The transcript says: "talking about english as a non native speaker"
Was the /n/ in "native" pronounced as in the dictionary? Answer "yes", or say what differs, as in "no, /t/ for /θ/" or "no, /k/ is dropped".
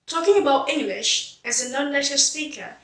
no, /l/ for /n/